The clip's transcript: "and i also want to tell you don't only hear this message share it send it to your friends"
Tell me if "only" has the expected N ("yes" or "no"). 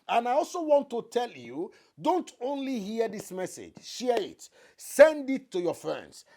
yes